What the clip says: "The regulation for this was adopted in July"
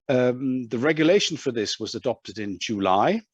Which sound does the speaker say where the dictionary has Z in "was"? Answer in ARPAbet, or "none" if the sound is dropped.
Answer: Z